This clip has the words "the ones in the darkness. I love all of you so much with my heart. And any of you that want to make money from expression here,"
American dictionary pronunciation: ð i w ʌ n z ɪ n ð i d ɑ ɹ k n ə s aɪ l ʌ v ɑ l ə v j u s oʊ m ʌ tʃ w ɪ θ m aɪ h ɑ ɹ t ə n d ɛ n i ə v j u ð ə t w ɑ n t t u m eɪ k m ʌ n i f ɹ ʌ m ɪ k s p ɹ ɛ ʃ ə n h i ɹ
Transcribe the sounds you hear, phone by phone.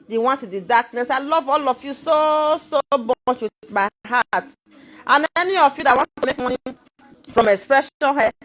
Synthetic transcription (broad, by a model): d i w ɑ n s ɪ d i d ɑ k n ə s aɪ l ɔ v ɑ l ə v j u s oʊ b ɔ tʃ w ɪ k m aɪ h ɑ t t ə n ɛ n i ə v j u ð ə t w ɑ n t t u m eɪ k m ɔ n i f ɹ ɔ m ɪ k s p ɹ ɛ ʃ ə n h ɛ